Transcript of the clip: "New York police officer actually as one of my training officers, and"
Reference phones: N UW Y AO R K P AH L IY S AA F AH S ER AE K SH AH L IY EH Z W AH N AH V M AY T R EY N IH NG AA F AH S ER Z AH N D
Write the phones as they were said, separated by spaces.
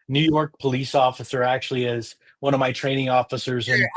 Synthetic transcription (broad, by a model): N UW Y AO R K P AH L IY S AA F AH S ER AE K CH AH L IY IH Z W AH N AH V M AY T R EY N IH NG AA F AH S ER Z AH N